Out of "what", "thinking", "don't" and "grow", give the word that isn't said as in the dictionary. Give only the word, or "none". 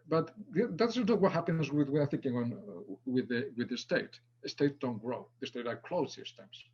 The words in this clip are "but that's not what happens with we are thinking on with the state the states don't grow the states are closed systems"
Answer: none